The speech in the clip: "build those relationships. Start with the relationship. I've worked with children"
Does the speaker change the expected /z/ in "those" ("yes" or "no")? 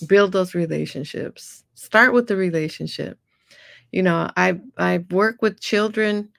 no